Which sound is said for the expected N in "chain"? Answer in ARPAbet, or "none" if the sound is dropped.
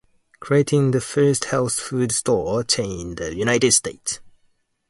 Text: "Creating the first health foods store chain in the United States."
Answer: none